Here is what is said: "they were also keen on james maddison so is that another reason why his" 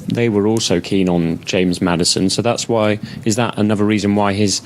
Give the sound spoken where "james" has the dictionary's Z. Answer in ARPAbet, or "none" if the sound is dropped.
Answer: Z